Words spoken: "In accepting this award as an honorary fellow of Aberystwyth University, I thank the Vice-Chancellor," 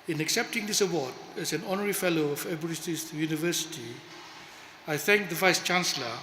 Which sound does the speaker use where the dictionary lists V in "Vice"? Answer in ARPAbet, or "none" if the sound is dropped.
V